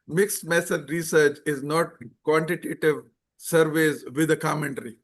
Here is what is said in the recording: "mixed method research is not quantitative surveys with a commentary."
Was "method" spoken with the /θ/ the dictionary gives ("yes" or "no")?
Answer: no